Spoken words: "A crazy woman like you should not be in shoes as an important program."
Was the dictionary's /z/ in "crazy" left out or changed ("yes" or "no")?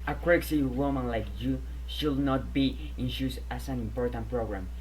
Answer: yes